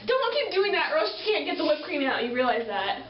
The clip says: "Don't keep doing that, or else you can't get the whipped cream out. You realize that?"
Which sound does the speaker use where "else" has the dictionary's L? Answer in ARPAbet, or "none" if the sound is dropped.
none